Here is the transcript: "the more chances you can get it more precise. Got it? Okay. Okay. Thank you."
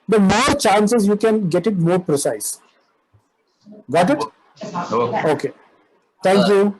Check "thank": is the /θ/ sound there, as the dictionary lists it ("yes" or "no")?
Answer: no